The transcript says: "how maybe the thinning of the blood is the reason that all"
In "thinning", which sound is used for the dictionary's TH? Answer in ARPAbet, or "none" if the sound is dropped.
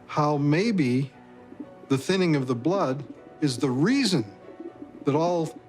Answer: TH